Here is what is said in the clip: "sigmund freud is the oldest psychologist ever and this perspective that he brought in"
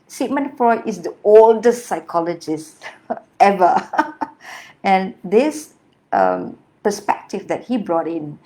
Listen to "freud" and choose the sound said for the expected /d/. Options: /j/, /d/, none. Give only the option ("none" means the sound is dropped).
none